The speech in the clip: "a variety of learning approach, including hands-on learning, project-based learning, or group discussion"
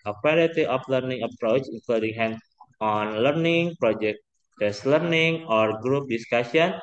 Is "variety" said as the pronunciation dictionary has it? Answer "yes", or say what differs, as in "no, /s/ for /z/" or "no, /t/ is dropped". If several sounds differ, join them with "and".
no, /w/ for /v/